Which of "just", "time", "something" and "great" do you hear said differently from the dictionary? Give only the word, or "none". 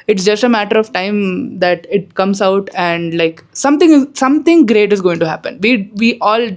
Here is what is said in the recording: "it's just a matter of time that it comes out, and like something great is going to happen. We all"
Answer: something